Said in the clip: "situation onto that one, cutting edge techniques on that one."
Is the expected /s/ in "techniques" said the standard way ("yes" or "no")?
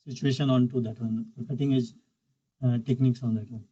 yes